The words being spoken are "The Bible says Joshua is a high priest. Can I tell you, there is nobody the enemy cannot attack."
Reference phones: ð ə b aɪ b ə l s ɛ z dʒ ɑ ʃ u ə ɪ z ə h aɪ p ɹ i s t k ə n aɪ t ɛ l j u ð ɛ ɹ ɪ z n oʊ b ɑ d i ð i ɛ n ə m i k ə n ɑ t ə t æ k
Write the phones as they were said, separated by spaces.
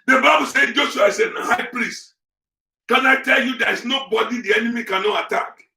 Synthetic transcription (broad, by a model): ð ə b aɪ b ə l s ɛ dʒ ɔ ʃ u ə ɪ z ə h aɪ p ɹ i s t k ə n aɪ t ɛ l j u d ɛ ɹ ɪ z n oʊ b ɑ d i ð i ɛ n ə m i k ə n ɑ t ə t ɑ k